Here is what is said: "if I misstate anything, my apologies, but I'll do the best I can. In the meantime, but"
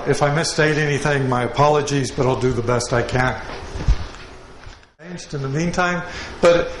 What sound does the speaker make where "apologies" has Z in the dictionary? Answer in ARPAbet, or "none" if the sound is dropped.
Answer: Z